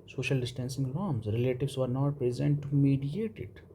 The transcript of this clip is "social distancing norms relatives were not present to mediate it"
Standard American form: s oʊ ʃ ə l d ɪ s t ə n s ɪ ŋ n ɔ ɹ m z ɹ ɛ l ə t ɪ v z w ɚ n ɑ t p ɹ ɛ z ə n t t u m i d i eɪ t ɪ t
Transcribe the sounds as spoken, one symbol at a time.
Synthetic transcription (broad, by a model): s oʊ ʃ ə l d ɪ s t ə n s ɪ ŋ l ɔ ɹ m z ɹ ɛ l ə t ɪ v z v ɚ n ɑ t p ɹ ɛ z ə n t t u m i d i eɪ t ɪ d